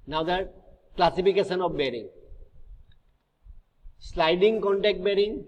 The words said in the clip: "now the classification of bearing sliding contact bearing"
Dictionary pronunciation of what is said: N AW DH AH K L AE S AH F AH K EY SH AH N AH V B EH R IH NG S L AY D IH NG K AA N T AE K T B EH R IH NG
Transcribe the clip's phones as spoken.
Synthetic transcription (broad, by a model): N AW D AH K L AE S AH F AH K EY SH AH N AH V B EH R IH NG S L AY D IH NG K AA N T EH K T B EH R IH NG